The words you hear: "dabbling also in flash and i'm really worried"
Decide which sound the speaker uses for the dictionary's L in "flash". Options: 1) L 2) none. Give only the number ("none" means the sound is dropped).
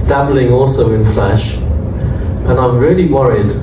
1